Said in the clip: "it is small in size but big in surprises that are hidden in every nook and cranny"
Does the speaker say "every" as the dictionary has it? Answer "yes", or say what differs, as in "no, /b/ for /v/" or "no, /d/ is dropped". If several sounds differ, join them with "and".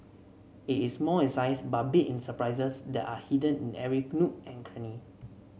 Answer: no, /v/ is dropped